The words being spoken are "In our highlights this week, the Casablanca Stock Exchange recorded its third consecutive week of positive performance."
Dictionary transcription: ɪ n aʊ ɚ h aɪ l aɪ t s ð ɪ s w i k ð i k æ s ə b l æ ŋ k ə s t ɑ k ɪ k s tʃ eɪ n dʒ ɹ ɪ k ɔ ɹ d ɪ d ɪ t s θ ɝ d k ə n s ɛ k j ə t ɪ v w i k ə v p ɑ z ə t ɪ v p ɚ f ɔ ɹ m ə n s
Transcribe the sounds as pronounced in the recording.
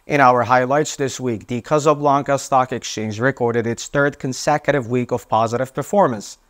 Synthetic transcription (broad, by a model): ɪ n aʊ ɚ h aɪ l aɪ t s ð ɪ s w i k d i k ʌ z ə b l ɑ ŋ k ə s t ɑ k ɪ k s tʃ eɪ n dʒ ɹ ɪ k ɔ ɹ d ɪ d ɪ t s θ ɝ d k ə n s ɛ k j ə t ɪ v w i k ə v p ɑ z ə t ɪ v p ɚ f ɔ ɹ m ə n s